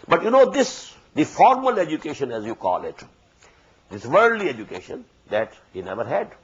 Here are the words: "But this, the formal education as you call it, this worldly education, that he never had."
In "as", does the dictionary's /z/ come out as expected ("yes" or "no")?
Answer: yes